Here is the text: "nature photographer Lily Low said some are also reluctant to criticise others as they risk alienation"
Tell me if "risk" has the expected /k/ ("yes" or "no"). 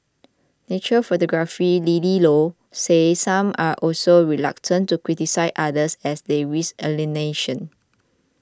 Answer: no